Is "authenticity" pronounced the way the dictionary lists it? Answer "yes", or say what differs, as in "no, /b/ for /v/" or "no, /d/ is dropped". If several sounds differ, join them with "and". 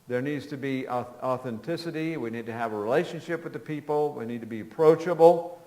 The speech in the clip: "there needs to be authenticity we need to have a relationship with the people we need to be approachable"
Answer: yes